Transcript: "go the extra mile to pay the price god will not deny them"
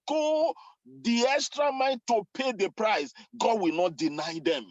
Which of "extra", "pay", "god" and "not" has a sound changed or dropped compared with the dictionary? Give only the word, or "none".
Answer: none